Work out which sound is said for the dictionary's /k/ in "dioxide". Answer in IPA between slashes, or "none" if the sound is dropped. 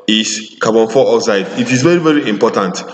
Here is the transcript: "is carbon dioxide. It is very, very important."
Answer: none